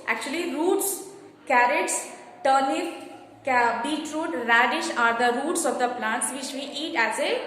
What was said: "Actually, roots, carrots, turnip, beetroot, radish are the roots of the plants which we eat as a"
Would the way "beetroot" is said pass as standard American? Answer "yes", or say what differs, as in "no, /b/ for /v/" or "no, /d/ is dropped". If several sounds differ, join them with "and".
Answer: yes